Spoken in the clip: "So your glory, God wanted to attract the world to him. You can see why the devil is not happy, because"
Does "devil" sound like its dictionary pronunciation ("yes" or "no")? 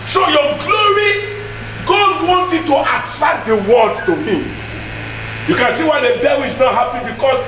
no